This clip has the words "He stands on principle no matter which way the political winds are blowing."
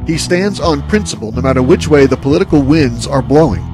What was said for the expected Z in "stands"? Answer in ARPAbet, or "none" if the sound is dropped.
Z